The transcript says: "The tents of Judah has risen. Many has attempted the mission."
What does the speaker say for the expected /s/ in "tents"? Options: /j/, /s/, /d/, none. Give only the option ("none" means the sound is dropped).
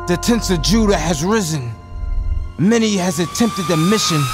/s/